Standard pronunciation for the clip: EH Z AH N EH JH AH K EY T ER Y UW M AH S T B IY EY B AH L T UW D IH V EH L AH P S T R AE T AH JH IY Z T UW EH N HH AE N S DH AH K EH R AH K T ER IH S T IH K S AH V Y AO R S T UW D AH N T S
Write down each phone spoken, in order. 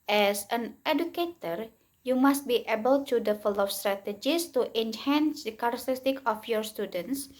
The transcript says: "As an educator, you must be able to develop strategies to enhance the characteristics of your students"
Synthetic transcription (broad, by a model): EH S AH N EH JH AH K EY T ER Y UW M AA S T B IY EY B AH L T UW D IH F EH L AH F S T R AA T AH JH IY S T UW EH N HH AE N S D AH K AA R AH K T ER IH S T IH K AH F Y AO R S T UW D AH N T S